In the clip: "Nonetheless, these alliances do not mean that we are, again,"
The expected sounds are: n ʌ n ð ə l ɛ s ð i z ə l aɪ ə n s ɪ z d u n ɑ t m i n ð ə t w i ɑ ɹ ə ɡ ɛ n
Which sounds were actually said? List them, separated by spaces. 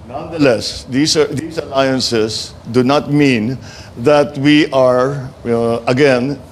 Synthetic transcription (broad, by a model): n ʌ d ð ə l ɛ s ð i s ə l aɪ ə n s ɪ s d u n ɑ t m i n ð ə t w i ɑ ɹ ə ɡ ɛ n